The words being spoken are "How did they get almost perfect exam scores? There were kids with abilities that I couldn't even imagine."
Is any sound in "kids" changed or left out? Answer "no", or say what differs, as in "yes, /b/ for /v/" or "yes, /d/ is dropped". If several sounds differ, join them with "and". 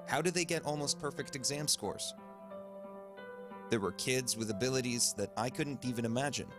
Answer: no